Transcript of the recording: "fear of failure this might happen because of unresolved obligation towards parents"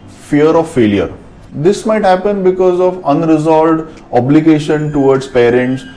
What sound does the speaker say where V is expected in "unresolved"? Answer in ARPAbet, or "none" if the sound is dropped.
none